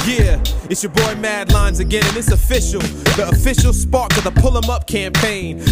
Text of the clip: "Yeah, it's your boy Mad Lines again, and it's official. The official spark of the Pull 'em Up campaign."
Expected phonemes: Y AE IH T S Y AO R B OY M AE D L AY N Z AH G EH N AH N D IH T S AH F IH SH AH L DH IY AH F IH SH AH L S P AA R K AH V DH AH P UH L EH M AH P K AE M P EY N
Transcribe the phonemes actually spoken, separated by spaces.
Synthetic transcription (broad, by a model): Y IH IH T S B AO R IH M AE D L AY N Z AH G EH N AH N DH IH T S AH F IH SH L DH IY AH F IH SH L S P AA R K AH DH AH P UH L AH M AH P K AE M P EY N